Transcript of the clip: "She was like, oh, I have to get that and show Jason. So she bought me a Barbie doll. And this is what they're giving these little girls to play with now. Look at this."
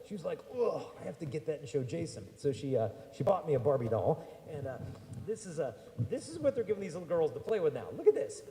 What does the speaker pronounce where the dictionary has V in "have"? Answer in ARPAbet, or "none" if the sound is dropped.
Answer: F